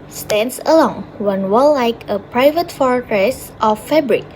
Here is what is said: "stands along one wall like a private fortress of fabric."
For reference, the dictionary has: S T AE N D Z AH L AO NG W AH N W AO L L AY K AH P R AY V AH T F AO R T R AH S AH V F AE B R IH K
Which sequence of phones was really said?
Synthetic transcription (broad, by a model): S T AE N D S AH L AO NG W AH N W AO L L AY K AH P R AY V AH T F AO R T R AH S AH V F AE B R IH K